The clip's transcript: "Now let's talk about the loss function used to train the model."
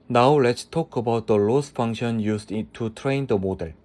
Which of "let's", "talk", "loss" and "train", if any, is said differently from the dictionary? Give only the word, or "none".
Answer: none